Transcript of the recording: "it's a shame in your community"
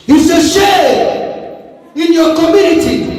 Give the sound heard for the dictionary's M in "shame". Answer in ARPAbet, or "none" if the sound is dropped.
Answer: none